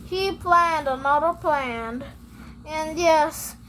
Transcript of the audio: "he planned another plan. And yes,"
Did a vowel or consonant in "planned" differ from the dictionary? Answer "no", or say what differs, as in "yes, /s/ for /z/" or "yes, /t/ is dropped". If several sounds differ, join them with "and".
no